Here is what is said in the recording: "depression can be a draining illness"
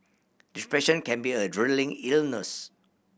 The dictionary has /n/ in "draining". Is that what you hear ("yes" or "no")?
no